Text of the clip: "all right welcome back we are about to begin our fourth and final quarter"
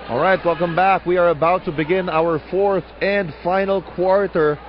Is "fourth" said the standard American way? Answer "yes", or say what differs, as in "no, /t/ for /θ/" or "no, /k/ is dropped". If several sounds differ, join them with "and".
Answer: yes